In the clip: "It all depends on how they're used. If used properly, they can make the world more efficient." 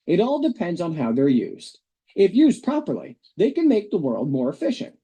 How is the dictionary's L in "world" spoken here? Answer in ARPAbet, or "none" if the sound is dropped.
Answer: L